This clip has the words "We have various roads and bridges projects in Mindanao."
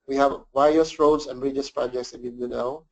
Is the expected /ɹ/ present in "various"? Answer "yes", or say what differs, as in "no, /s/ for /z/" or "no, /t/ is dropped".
no, /ɹ/ is dropped